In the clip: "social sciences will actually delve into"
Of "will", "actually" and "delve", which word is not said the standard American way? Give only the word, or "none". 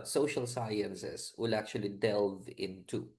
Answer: none